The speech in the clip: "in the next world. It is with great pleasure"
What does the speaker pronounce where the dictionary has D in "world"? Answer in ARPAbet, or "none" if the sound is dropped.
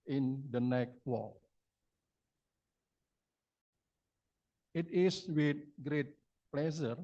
none